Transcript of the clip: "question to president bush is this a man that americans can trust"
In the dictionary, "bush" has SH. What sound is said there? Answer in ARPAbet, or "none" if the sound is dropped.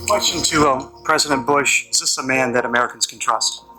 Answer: SH